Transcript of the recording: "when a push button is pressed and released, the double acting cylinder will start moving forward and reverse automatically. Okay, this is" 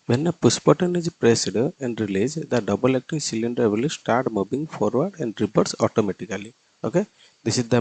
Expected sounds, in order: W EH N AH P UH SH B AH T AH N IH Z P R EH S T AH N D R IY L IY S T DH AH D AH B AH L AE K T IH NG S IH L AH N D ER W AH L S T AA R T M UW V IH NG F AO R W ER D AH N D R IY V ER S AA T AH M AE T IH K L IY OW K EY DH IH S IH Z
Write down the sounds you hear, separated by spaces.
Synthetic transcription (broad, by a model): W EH N AH P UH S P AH T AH N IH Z P R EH S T AH N D R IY L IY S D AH D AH B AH L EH K T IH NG S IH L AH N D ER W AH L S T AA R T M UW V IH NG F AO R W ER D AH N D R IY P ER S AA T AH M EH T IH K L IY OW K EY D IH S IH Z